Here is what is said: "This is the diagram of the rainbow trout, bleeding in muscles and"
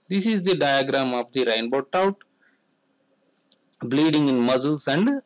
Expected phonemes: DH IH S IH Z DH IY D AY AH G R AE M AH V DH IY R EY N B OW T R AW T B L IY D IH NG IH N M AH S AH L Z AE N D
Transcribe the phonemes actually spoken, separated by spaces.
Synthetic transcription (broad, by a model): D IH S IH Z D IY D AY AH G R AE M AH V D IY R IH N B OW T AW T B L IY D IH NG IH N M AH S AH L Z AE N D